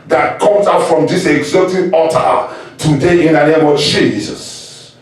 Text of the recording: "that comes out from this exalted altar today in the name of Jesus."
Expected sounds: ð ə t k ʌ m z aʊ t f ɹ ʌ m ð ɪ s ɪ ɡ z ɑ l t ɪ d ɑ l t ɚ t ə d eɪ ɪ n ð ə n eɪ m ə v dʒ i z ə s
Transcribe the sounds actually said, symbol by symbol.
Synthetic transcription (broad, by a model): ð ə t k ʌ m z aʊ t f ɹ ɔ m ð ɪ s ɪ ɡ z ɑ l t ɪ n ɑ t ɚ t ə d eɪ ɪ n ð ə n eɪ m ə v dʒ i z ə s